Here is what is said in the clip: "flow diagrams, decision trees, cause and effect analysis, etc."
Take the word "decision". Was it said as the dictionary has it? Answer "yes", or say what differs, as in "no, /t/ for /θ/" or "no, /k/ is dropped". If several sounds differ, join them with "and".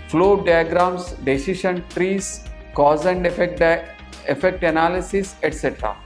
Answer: no, /ʃ/ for /ʒ/